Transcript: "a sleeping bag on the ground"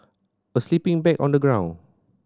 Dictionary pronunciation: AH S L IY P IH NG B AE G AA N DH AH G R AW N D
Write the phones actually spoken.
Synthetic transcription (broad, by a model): AH S L IY P IH NG B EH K AA N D AH G R AW N